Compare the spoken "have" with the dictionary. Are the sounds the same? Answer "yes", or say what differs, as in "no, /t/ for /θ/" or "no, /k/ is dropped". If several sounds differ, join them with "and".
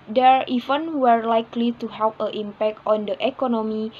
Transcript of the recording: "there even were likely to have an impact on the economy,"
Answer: no, /p/ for /v/